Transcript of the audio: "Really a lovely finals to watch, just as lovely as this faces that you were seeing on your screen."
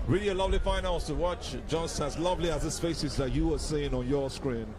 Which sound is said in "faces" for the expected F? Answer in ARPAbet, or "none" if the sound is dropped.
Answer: P